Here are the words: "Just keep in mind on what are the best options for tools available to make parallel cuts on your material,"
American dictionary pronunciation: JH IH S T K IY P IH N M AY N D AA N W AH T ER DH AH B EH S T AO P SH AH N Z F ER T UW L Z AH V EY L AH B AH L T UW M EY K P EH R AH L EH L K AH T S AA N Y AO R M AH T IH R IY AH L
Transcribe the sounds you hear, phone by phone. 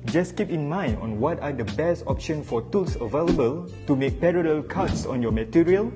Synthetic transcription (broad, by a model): JH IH S K IY P IH N M AY N D AA N W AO T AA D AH B EH S T AO P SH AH N F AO T UW L S AH V EY L AH B AH L T UW M EY K P EH R AH L EH L K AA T S AA N Y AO M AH T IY R IY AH L